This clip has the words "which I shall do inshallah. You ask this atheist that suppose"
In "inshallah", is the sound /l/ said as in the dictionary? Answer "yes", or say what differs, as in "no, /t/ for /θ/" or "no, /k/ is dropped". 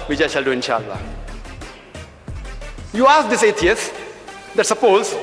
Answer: yes